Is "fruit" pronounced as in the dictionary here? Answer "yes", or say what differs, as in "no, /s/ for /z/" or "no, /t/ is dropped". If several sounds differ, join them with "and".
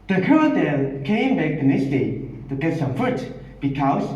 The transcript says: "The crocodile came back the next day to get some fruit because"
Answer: no, /ɹ/ is dropped